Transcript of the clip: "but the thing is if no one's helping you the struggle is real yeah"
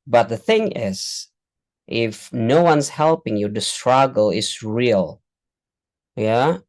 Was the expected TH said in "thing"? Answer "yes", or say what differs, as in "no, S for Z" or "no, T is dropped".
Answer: yes